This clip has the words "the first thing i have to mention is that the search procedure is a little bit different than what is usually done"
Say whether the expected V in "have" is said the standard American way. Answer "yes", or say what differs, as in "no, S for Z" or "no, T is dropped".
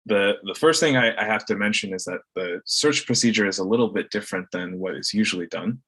no, F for V